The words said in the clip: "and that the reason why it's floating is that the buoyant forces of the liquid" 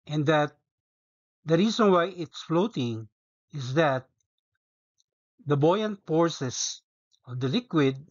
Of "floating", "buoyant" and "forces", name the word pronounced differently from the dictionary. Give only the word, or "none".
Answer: forces